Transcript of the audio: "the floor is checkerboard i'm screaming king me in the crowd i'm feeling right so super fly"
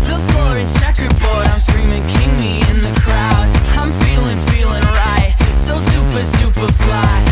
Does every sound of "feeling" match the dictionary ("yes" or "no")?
yes